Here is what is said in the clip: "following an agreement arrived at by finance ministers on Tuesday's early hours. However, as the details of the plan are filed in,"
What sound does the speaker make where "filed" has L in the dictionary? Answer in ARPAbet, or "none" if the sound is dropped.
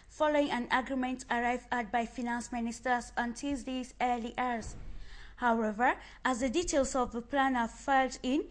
L